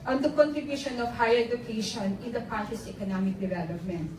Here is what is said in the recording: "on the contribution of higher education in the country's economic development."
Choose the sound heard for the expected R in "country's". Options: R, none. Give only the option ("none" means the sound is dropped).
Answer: none